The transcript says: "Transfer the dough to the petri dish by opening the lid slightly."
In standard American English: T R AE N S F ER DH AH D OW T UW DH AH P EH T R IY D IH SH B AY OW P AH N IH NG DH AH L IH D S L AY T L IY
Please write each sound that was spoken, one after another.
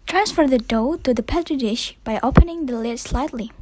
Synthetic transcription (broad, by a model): T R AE N S F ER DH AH D OW T UW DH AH P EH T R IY D IH SH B AY OW P AH N IH NG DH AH L IH D S L AY T L IY